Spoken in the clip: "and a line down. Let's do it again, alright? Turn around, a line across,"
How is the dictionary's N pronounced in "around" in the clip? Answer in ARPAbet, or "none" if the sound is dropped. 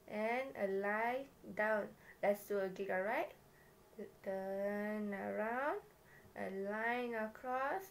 N